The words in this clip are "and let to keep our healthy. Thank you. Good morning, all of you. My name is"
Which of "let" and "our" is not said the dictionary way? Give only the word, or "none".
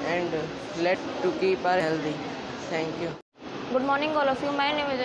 none